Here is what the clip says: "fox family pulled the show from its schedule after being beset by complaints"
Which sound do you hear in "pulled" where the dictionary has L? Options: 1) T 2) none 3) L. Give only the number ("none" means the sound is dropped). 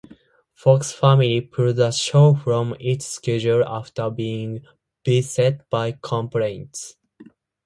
2